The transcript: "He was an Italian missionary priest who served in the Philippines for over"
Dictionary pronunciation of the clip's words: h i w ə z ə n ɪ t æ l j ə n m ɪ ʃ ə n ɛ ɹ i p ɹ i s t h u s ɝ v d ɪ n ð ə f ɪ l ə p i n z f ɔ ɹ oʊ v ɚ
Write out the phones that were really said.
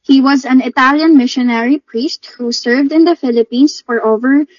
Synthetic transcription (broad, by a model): h i w ə z ə n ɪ t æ l j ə n m ɪ ʃ ə n ɛ ɹ i p ɹ i s t h u s ɝ v d ɪ n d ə f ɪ l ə p i n s f ɔ ɹ oʊ v ɚ